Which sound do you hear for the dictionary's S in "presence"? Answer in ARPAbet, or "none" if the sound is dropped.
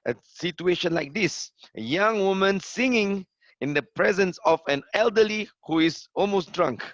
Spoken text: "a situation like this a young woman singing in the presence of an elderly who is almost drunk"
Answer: S